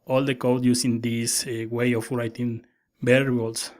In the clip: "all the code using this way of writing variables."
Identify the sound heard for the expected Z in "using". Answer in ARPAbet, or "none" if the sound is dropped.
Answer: S